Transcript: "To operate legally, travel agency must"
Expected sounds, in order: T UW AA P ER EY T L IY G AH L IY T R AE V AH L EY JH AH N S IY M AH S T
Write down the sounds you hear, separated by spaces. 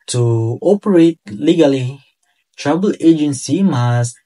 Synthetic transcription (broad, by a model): T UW AA P ER EY T L IY G AH L IY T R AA B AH L EY JH AH N S IY M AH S